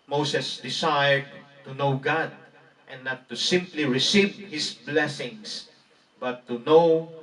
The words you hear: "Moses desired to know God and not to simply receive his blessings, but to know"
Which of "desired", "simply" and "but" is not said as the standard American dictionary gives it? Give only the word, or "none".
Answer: desired